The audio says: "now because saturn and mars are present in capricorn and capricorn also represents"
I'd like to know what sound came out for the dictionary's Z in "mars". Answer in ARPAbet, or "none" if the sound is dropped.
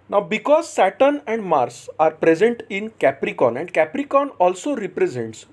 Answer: S